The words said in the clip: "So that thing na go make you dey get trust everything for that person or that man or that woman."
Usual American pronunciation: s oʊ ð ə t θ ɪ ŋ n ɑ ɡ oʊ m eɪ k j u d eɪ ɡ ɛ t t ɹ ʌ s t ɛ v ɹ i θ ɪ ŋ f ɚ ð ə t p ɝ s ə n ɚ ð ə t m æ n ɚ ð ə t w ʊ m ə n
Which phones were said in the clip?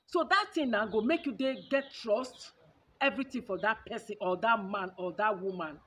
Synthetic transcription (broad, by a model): s oʊ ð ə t t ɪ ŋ n ɑ ɡ oʊ m eɪ k j u d eɪ ɡ ɛ t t ɹ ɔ s t ɛ v ɹ i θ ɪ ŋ f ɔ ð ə t p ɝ s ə n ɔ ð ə t m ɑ n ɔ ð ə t w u m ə n